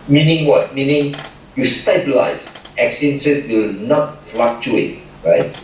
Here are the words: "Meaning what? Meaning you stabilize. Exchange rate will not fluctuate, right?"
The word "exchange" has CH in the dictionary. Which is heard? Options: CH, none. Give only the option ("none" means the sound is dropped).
none